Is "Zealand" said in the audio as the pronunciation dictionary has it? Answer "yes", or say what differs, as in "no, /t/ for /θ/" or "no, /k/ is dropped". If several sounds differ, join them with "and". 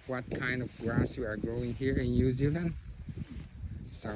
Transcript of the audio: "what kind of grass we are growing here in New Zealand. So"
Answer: yes